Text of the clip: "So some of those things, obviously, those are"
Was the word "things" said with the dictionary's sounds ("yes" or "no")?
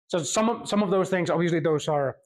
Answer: yes